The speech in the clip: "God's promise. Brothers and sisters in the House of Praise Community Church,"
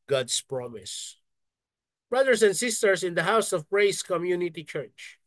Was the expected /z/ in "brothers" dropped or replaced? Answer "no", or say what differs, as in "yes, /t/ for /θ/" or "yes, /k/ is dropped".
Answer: yes, /s/ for /z/